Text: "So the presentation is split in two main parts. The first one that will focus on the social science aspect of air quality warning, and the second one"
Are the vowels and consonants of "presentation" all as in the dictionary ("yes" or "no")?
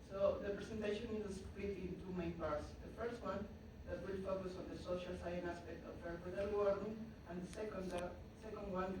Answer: no